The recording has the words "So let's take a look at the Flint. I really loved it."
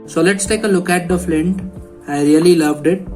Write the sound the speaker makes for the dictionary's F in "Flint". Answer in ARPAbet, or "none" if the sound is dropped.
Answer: F